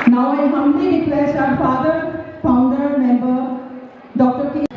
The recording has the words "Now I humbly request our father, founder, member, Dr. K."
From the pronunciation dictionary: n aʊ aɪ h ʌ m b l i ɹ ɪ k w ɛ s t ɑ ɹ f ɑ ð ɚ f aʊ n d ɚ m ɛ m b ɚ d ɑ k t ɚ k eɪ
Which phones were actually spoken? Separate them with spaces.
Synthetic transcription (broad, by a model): n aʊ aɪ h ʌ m l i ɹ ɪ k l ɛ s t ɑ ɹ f ɑ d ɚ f aʊ n d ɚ m ɛ m b ɚ d ɑ k t ɚ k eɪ